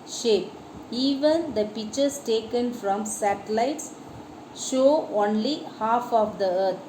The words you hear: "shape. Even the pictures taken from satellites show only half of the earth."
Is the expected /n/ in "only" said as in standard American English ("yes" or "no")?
yes